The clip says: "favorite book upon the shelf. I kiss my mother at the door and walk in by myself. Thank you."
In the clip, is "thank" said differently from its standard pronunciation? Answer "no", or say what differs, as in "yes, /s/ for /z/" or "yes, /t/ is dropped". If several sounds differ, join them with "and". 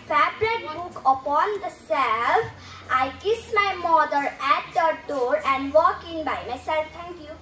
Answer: yes, /t/ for /θ/